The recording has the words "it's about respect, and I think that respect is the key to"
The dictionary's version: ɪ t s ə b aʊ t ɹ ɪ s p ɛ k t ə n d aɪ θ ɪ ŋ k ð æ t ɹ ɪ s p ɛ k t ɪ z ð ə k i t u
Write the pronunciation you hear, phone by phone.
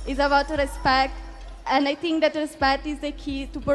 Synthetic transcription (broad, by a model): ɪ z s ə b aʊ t ɹ ɪ s p ɛ k t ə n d aɪ t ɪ ŋ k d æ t ɹ ɪ s p ɛ k t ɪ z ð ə k i t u